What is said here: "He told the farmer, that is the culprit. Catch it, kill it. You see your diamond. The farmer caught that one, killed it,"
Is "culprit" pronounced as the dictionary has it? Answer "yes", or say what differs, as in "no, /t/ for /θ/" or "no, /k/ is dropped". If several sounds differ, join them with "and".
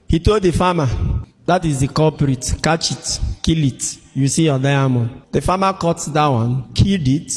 no, /l/ is dropped